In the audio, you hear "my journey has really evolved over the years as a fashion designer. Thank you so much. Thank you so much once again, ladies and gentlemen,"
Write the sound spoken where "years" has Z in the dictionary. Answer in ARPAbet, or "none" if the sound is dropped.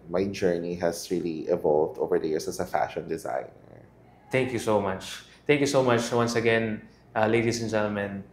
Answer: S